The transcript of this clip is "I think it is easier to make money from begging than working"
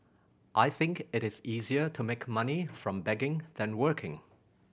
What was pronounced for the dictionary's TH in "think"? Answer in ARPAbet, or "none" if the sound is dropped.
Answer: TH